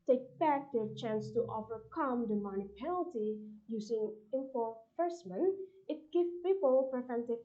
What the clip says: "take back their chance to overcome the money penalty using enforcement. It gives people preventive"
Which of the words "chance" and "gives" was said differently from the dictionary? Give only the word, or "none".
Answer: gives